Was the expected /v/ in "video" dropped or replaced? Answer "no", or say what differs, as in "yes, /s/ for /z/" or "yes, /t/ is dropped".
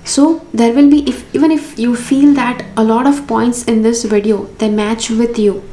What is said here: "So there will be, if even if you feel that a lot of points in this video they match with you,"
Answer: no